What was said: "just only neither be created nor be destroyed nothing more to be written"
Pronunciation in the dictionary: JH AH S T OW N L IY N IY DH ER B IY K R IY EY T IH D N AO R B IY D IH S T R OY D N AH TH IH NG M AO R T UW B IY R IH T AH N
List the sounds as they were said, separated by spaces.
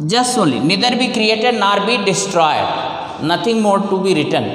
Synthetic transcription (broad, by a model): JH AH S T OW N L IY N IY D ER B IY K R IY EY T IH D N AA R B IY D IH S T R OY D N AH T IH NG M AO R T UW B IY R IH T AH N